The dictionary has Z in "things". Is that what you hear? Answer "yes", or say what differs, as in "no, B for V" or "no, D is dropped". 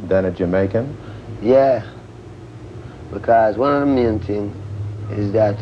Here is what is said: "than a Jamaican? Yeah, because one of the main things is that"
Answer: no, Z is dropped